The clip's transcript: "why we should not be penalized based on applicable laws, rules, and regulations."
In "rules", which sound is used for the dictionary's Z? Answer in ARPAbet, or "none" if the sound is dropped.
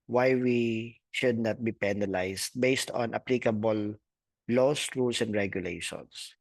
S